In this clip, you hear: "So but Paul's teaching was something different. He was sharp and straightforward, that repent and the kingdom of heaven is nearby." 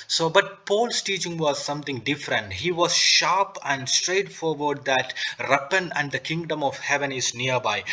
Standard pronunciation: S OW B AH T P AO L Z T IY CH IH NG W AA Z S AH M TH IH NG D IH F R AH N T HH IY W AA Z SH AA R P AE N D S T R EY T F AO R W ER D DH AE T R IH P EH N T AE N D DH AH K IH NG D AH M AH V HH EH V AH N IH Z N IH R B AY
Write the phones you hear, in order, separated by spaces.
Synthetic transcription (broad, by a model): S OW B AH T P AO L S T IY CH IH NG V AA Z S AH M T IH NG D IH F R AH N T HH IY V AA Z SH AA R P AE N D S T R EY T F AO R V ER D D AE T R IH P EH N AE N D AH K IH NG D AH M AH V HH EH V AH N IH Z N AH R B AY